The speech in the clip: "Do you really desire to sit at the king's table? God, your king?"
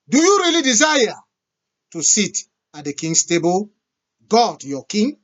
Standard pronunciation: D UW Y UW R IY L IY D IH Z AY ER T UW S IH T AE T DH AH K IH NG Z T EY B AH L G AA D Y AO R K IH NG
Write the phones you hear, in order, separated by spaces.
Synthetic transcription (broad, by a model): D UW Y UW R IY L IY D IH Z AY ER T UW S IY T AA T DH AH K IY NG S T EY B AH L G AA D Y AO K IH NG